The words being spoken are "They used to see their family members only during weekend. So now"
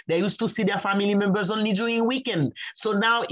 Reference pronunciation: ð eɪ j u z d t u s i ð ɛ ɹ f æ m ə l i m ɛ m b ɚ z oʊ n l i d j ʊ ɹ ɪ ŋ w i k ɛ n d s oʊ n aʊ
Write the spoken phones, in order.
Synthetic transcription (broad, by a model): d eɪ j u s t u s i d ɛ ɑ f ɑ m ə l i m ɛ m b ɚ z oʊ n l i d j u ɪ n w i k ɛ n d s oʊ n aʊ